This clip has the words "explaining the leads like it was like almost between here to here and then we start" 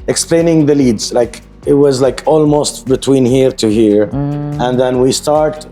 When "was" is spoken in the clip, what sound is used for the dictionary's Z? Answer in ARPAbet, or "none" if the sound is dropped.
Z